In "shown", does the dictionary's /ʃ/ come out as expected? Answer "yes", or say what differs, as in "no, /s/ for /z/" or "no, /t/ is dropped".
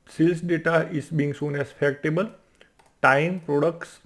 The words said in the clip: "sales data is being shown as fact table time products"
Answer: no, /s/ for /ʃ/